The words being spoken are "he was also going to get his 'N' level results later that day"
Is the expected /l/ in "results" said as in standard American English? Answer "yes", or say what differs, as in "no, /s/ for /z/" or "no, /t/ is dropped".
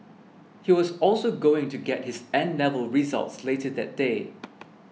yes